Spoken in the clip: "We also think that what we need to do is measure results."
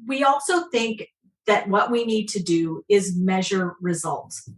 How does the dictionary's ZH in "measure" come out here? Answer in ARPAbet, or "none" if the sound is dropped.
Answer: ZH